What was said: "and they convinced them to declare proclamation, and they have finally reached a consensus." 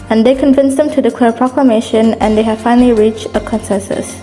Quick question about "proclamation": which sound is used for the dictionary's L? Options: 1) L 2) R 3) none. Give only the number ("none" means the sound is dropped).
1